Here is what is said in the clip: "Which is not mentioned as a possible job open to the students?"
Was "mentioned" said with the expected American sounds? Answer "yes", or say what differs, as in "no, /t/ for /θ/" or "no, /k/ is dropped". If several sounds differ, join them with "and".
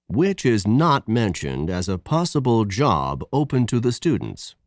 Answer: yes